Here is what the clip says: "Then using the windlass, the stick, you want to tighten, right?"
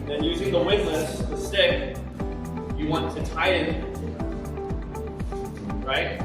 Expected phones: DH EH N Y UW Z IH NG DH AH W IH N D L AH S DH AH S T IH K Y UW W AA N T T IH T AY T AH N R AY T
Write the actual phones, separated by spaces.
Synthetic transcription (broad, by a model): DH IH N Y UW Z IH NG DH AH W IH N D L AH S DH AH S T IH K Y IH W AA N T T IH T AY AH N R AY T